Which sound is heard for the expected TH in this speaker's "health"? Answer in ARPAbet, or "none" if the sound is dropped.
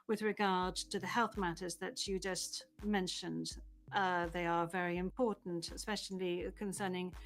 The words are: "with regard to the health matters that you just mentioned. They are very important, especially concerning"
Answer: TH